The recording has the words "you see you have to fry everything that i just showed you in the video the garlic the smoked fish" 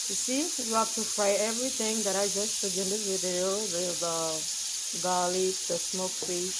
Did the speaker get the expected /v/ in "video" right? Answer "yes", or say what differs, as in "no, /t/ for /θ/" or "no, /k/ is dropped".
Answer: no, /w/ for /v/